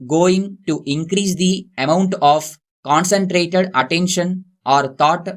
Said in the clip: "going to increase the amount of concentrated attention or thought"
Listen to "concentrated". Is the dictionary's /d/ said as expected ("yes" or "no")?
yes